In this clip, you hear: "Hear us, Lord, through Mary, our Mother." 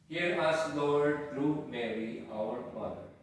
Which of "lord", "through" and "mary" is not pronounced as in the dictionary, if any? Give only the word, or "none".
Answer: through